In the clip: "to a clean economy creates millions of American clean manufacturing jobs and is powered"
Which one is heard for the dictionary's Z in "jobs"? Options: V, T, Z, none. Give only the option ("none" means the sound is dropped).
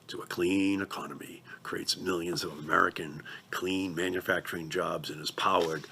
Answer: Z